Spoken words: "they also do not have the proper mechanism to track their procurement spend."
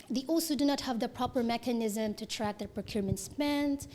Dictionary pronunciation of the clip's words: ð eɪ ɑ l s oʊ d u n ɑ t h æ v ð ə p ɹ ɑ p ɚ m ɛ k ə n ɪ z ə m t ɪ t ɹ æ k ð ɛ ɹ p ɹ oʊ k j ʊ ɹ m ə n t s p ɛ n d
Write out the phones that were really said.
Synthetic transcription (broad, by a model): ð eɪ ɑ l s oʊ d u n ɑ t h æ v ð ə p ɹ ɑ p ɚ m ɛ k ə n ɪ z ə m t ɪ t ɹ æ k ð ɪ p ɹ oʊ k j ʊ ɹ m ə n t s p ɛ n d